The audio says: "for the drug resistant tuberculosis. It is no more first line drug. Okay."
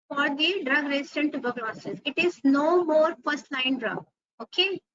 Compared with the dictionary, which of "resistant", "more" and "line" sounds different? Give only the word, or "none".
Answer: resistant